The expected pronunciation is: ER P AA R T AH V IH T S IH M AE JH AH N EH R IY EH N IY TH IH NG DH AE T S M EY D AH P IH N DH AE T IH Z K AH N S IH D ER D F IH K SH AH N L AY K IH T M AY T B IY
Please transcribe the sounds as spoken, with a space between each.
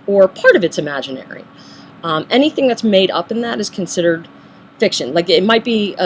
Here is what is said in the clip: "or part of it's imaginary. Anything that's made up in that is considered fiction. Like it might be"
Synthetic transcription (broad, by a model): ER P AA R T AH V IH T S IH M AE JH AH N EH R IY EH N IY TH IH NG DH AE T S M EY D AH P IH N DH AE T IH Z K N S IH D ER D F IH K SH AH N L AY K IH T M AY T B IY